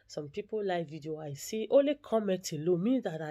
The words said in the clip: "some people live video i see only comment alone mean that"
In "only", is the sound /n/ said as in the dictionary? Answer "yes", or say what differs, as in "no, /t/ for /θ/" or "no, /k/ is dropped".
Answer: no, /n/ is dropped